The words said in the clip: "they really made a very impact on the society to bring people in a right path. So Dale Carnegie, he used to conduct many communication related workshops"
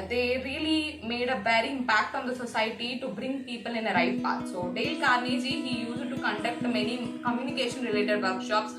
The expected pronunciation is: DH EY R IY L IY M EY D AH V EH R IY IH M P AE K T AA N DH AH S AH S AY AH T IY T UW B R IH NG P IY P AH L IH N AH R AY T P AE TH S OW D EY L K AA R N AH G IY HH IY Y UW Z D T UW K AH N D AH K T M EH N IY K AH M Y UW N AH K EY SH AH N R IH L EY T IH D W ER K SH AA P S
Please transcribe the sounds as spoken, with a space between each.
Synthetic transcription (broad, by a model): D EY R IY L IY M EY D AH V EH R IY IH M P AE K T AA N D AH S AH S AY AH T IY T UW B R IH NG P IY P AH L IH N AH R AY T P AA T S OW D EY L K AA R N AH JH IY HH IY Y UW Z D T UW K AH N D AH K T M EH N IY K AH M Y UW N AH K EY SH AH N R IH L EY T IH D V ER K SH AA P S